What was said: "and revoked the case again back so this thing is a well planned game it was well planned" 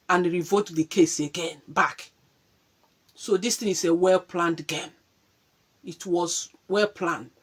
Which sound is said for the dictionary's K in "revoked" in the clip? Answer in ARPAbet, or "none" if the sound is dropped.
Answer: none